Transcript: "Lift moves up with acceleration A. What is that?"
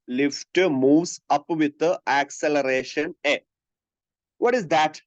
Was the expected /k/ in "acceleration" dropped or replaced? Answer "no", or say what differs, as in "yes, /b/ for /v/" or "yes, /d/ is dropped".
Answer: no